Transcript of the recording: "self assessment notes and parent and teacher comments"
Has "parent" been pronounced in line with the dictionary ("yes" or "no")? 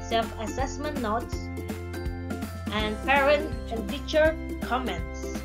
no